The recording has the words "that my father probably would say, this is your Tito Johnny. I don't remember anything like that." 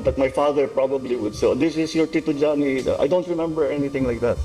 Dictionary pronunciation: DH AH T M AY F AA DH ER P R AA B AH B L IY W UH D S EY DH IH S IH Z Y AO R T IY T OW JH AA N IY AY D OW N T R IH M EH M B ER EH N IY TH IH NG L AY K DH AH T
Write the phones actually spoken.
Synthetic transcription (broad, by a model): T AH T M AY F AA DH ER P R AA B AH B L IY W UH D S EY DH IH S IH S Y AO R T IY T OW JH AA N IY AY D OW N T R IH M EH M B ER EH N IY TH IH NG L AY K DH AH T